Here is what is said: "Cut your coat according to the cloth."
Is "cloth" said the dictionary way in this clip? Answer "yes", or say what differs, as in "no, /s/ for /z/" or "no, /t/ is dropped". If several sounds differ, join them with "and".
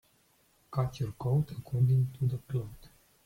no, /t/ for /θ/